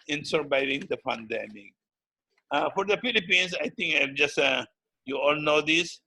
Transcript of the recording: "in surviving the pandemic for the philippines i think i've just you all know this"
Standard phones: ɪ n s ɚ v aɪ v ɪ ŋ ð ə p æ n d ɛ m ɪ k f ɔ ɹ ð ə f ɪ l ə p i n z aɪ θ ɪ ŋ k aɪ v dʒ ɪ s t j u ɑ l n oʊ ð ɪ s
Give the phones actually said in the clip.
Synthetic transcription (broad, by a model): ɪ n s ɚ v aɪ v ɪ ŋ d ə f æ n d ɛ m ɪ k f ɔ ɹ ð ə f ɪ l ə p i n s aɪ t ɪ ŋ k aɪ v dʒ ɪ s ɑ j u ɑ l n oʊ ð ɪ s